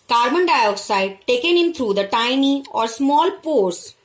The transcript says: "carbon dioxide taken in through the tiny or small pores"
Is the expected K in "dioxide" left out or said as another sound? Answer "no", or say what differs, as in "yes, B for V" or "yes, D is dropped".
no